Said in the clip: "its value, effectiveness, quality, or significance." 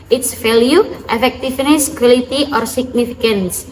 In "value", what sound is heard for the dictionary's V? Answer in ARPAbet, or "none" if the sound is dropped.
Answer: F